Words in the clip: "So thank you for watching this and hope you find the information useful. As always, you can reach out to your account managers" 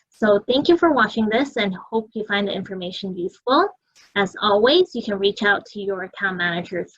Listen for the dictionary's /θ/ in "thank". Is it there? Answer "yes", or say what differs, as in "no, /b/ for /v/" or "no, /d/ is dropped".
yes